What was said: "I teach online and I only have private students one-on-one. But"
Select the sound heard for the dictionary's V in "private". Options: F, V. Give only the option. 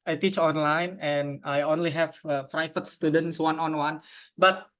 F